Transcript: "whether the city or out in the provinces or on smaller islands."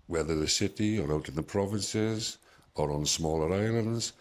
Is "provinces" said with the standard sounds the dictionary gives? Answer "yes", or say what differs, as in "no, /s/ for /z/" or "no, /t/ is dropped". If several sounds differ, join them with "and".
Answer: yes